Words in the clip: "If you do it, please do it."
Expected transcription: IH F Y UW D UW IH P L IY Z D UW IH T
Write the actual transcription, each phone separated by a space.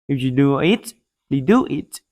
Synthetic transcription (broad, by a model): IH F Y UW D UW IH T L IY D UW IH T